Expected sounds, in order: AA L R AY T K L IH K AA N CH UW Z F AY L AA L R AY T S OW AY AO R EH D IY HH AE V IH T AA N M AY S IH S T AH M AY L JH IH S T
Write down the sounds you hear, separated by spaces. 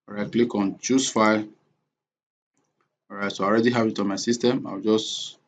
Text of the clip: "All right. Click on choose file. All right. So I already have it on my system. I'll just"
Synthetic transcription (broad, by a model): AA R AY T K L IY K AA N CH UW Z F AY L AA R AY T S OW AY AO R EH D IY HH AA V IH T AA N M AY S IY S T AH M AY W JH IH S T